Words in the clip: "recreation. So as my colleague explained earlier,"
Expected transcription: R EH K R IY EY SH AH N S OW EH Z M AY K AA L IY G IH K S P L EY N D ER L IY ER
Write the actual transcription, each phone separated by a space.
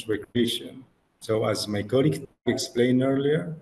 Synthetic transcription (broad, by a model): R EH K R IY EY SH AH N S OW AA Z M AY K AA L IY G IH K S P L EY N ER L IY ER